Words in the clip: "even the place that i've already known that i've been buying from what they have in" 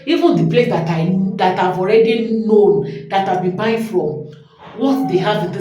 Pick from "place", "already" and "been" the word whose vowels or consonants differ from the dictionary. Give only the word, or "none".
none